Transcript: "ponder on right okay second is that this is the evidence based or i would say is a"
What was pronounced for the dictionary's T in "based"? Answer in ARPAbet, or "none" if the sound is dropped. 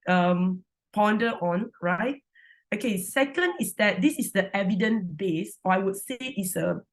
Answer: none